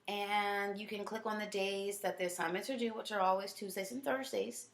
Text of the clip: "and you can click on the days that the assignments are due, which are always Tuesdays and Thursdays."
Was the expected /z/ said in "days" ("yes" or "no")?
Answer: yes